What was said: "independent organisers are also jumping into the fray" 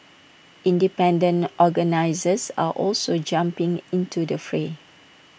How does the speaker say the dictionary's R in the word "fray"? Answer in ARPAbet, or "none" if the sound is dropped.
R